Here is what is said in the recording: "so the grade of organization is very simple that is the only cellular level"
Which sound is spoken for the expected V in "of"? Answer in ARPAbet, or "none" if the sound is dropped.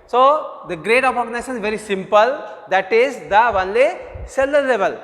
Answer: P